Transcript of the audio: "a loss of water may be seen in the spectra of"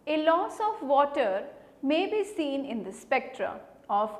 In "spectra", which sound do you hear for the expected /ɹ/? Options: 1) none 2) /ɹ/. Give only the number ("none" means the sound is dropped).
2